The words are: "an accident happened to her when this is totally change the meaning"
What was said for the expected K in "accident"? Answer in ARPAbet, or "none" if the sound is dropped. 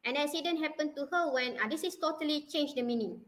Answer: none